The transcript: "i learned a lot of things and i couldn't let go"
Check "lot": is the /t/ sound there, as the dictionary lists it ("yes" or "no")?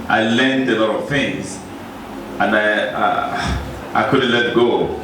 yes